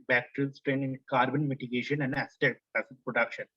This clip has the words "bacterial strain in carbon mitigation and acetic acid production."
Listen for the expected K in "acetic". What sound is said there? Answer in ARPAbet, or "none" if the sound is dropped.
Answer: none